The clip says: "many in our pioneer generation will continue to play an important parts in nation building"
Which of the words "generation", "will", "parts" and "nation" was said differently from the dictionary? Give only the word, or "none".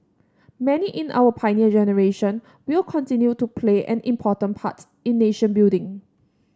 parts